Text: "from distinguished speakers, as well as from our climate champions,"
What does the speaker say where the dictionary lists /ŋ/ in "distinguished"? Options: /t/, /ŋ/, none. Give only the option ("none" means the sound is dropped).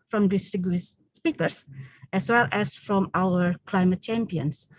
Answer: none